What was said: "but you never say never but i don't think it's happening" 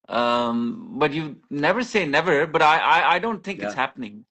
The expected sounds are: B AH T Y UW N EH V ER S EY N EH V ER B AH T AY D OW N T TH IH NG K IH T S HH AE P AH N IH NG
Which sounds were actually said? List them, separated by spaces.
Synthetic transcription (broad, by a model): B AH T Y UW N EH V ER S EY N EH V ER B AH T AY D OW N T TH IH NG K IH T S HH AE P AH N IH NG